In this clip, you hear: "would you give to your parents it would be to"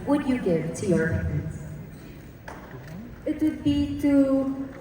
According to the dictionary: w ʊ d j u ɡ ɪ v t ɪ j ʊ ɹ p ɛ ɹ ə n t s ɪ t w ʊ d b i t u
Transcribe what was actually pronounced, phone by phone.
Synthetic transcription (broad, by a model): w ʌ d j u ɡ ɪ v t ɪ j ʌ ɹ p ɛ ə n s ɪ t w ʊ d b i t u